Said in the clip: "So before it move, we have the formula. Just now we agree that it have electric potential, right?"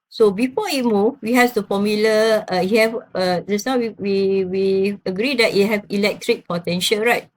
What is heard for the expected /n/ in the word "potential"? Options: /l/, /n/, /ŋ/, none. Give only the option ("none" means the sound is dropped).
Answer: /n/